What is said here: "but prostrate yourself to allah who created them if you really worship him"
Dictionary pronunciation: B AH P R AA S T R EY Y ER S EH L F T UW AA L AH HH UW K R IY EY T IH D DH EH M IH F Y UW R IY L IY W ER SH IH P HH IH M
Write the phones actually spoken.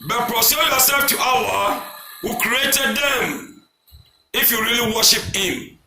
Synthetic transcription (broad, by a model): B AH P R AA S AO Y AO S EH L F T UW AA W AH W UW K R IY EY T IH D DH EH M IH F Y UW R IY L IY W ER SH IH P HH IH M